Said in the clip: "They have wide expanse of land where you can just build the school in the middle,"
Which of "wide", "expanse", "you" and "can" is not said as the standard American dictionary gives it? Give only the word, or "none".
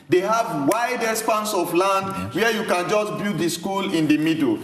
expanse